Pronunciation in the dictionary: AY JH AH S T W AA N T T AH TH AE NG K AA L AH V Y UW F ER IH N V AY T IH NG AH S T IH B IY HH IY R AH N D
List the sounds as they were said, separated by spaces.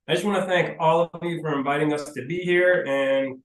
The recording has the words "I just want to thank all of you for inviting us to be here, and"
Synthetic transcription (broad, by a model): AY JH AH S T W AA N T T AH TH AE NG K AA L AH V Y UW F ER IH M V AY T IH NG AH S T IH B IY HH IY R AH N